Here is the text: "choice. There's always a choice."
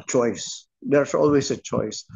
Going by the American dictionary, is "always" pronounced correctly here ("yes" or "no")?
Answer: no